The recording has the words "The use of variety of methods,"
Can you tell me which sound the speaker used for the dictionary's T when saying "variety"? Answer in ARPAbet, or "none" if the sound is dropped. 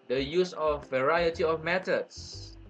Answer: T